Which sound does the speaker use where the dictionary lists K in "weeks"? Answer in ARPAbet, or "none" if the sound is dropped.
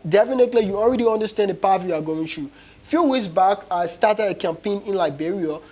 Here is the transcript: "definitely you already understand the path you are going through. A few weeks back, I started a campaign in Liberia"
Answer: none